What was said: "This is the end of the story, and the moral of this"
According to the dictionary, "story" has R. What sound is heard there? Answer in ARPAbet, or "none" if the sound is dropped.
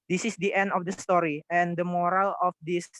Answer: R